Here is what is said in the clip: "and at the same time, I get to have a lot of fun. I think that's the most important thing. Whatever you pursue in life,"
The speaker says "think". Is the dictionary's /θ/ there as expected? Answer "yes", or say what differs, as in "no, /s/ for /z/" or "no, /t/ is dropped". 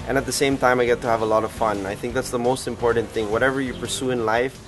yes